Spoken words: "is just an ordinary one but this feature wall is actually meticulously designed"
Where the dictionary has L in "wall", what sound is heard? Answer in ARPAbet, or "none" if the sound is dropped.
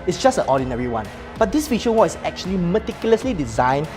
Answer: N